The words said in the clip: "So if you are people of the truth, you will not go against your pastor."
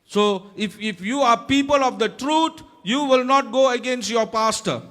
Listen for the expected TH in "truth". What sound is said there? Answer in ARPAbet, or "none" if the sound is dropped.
T